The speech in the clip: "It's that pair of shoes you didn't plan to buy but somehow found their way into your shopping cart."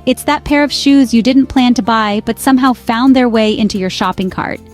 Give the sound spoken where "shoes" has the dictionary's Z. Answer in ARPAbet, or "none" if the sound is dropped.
Z